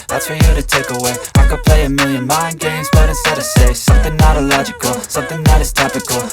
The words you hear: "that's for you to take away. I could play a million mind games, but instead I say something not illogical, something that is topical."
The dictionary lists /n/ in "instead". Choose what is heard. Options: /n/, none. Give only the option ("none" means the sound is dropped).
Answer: none